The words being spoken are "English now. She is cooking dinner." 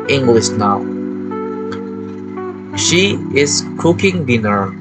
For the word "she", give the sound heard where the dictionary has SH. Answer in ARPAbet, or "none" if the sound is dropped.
SH